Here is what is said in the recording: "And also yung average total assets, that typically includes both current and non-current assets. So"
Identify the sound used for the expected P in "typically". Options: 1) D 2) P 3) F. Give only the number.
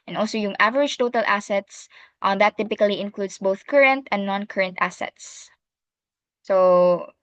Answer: 2